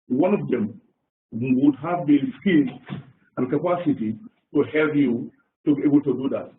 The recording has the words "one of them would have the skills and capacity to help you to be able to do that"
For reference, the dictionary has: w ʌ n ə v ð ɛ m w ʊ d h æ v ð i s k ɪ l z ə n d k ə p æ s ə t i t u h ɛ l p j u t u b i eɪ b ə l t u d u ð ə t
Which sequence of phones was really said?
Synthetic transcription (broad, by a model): w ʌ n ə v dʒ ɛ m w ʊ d h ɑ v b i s k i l ə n k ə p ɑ s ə t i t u h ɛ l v j u t u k eɪ b ə l t u d u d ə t